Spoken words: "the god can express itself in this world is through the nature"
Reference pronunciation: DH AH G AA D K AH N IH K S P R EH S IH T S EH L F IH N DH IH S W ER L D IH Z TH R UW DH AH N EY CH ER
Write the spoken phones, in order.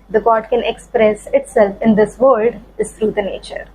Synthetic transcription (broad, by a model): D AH G AA D K AH N IH K S P R EH S IH T S EH L F IH N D IH S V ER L D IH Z T R UW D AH N EY CH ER